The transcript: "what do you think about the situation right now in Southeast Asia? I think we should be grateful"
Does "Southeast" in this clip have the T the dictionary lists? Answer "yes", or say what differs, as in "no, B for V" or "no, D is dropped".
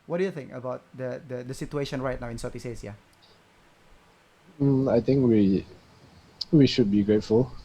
no, T is dropped